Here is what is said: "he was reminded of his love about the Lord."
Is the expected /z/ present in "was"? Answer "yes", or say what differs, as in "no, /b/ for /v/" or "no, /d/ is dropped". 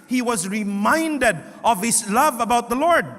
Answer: yes